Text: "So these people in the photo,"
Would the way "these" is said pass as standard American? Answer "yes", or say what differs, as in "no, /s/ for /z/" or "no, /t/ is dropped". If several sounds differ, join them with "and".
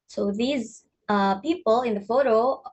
yes